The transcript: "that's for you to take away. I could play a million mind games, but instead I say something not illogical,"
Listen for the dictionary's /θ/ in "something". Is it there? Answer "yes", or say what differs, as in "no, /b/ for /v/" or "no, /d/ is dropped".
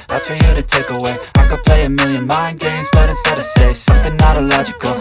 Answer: yes